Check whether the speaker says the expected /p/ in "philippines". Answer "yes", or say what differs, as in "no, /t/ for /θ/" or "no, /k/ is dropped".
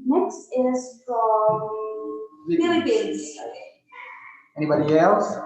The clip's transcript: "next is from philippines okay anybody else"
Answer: no, /b/ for /p/